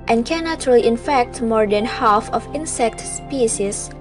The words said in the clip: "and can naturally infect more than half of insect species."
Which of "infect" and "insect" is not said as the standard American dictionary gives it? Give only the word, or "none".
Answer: none